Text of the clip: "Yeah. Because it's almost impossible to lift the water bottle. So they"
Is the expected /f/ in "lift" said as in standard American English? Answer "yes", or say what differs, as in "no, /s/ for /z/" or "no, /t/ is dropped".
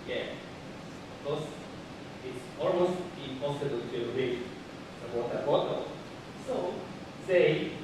no, /f/ is dropped